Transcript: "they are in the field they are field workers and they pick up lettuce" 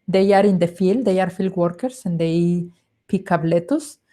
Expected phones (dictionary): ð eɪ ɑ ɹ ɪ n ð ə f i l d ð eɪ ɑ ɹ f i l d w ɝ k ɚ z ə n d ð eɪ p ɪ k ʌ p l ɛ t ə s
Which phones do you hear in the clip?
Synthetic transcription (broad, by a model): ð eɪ ɑ ɹ ɪ n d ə f i l d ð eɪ ɑ ɹ f i l d w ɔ k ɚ s ə n d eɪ p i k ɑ b l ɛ t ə s